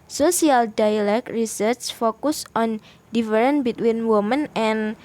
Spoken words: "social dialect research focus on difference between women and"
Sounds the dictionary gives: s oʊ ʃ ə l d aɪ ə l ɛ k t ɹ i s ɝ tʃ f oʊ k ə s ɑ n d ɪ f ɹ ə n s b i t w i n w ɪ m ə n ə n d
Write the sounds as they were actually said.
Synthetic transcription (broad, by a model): s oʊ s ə l d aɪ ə l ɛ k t ɹ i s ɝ s f oʊ k ə s ɑ n d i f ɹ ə n b i t w i n w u m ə n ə n